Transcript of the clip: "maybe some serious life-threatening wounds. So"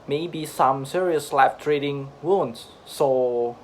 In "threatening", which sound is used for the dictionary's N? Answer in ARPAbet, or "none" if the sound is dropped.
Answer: none